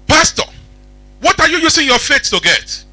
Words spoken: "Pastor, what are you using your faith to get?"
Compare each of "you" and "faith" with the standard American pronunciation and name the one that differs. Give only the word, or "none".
faith